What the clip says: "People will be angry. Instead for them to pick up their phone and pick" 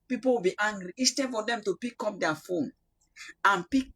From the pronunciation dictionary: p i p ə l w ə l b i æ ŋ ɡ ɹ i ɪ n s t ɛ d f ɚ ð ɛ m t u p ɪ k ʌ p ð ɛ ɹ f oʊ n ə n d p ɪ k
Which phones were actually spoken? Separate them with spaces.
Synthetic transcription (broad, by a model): p i p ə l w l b i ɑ ŋ ɡ ɹ i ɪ s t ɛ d f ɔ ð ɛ m t u p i k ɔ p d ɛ f oʊ n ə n p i k